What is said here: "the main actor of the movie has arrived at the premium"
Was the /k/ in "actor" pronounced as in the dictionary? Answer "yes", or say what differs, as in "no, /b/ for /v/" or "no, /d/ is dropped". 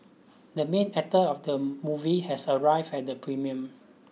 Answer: no, /k/ is dropped